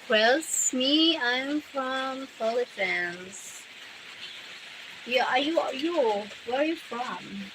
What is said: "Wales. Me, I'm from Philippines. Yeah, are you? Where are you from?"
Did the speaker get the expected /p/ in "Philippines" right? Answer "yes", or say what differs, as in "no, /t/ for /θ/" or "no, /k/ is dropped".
no, /f/ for /p/